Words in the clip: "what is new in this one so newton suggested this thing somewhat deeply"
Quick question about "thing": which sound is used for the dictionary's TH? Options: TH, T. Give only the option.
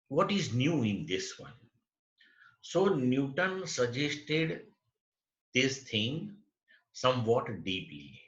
T